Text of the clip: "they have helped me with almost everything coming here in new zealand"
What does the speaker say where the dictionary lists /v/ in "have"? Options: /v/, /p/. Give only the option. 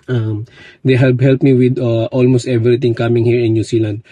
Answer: /p/